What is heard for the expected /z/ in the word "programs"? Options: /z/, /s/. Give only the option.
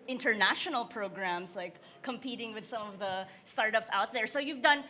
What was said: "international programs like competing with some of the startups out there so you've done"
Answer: /s/